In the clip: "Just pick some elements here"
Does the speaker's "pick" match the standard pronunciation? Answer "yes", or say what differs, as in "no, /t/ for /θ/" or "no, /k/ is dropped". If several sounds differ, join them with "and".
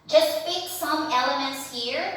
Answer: no, /f/ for /p/